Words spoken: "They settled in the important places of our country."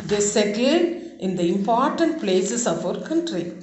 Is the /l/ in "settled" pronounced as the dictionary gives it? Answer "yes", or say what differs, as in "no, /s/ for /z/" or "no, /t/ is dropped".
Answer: no, /l/ is dropped